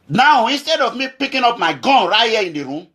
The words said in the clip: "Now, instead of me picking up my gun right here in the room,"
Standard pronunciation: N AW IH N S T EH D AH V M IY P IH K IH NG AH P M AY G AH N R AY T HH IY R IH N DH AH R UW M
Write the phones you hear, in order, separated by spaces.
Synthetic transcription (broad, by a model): N AW IH N S T EH D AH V M IY P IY K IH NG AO P M AY G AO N R AY T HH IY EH IH N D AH R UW M